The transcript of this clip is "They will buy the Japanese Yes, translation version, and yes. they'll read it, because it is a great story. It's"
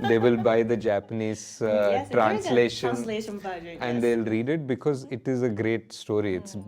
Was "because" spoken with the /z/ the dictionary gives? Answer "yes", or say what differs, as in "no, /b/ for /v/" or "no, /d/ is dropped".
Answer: yes